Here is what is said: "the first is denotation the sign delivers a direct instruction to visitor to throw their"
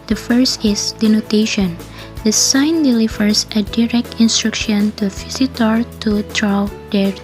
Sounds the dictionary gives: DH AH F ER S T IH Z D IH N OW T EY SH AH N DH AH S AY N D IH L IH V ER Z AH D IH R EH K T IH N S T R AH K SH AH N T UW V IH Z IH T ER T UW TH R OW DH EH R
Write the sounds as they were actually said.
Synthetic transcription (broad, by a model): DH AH F ER S T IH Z D IH N OW T EY SH AH N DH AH S AY N D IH L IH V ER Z AH D IH R EH K T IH N S T R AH K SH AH N T UW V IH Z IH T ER T UW T R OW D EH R